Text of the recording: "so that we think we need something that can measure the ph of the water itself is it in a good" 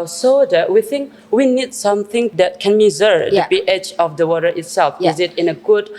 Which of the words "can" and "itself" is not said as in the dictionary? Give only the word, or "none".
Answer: none